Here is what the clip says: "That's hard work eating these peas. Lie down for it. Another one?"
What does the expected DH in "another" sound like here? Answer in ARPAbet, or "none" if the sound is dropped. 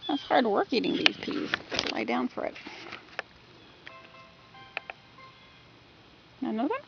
none